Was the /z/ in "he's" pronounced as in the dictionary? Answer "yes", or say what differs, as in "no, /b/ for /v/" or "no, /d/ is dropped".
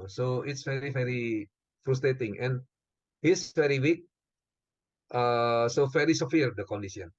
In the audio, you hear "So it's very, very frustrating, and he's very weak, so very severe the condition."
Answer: no, /s/ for /z/